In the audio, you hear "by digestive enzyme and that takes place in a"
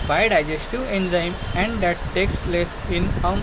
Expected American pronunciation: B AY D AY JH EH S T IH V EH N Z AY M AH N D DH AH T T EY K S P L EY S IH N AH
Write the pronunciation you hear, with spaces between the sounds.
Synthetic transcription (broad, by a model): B AY D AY JH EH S T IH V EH N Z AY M AH N D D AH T T EY K S P L EY S IH N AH